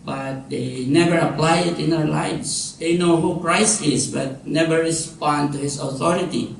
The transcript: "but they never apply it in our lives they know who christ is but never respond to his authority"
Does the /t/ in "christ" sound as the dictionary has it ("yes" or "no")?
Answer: yes